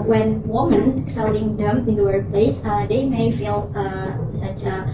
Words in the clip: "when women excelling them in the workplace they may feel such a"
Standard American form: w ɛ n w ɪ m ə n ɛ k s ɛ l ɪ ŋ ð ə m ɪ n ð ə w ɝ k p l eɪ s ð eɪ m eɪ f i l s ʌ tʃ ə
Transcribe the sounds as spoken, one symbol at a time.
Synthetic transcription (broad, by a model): w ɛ n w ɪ m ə n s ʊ n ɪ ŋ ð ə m ɪ n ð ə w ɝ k p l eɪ s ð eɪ m eɪ f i l s ʌ tʃ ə